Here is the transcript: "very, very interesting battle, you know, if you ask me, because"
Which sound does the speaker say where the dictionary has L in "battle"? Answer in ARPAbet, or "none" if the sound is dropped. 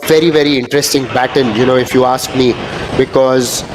N